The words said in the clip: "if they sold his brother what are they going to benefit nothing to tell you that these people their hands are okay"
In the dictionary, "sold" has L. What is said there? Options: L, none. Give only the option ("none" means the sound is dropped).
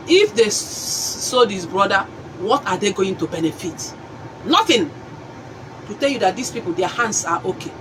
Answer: none